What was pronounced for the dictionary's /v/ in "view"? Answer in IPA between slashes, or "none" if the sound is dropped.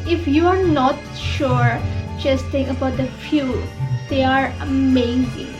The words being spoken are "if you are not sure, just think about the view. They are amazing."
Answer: /f/